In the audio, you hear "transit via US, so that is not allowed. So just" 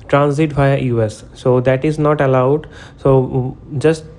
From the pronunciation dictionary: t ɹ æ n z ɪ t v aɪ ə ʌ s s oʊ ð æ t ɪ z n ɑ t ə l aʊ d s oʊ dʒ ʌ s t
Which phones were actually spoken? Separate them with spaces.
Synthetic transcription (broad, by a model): t ɹ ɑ n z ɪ t b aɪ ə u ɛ s oʊ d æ t ɪ z n ɑ t ə l aʊ d s oʊ dʒ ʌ s t